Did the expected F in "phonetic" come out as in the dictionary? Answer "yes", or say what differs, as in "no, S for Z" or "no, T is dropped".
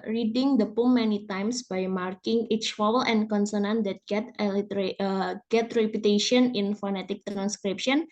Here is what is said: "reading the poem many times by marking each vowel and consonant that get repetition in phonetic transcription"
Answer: yes